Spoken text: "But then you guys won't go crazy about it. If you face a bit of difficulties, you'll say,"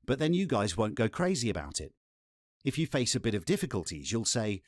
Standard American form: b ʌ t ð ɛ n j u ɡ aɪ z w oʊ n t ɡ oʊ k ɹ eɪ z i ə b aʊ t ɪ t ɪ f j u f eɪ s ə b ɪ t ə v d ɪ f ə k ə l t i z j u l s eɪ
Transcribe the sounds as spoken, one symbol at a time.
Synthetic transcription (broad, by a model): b ʌ t ð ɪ n j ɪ ɡ aɪ z w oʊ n ɡ oʊ k ɹ eɪ z i ə b aʊ t ɪ t ɪ f j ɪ f eɪ s ə b ɪ t ə v d ɪ f ə k ə l t i z j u l s eɪ